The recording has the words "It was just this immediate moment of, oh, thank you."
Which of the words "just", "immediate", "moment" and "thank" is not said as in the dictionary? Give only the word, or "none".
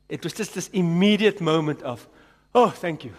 none